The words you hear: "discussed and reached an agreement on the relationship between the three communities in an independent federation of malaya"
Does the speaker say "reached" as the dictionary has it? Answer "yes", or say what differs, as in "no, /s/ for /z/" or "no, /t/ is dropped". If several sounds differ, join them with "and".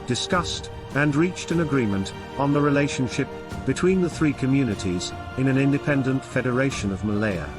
yes